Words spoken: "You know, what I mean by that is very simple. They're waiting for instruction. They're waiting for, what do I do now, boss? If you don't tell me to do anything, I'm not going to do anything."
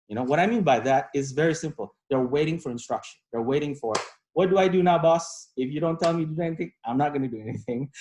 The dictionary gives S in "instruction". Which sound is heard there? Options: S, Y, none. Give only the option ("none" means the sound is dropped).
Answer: S